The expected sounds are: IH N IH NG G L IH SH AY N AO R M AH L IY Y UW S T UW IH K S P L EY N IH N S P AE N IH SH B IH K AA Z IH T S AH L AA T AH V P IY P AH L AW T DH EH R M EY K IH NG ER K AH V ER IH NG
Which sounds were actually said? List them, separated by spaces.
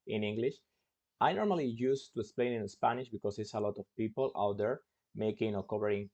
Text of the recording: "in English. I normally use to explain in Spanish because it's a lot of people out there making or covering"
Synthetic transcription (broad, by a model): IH N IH NG G L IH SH AY N AO R M AH L IY Y UW S T UW IH K S P L EY N IH N S P AE N IH SH B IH K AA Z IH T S AH L AA T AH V P IY P AH L AW T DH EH R M EY K IH NG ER K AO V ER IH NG